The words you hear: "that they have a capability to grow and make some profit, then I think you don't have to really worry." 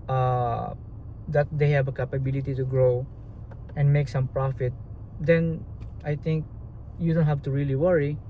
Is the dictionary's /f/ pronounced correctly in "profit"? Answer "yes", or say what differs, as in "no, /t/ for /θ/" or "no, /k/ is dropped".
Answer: yes